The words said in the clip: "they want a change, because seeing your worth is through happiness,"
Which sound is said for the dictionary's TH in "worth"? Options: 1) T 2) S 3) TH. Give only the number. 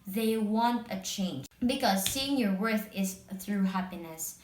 3